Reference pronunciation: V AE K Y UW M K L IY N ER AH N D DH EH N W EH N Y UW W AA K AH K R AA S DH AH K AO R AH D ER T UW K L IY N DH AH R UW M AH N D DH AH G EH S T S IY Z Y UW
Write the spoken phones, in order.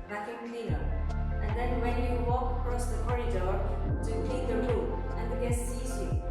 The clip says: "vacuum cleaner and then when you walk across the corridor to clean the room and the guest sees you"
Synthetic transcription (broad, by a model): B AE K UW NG K L IY N ER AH N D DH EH N W EH N Y UW W AA K AH K R AA S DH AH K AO R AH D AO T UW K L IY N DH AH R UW AH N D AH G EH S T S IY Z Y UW